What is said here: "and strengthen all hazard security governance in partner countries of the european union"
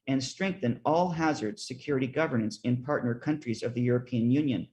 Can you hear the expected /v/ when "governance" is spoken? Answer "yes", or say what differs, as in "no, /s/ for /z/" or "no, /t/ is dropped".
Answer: yes